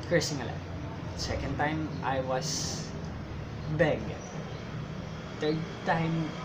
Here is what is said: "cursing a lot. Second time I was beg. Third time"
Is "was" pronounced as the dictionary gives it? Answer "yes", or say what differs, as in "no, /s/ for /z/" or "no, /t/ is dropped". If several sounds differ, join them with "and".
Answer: no, /s/ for /z/